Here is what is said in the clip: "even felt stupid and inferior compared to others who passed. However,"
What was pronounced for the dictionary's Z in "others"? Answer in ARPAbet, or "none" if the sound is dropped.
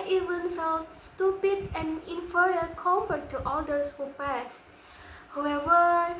S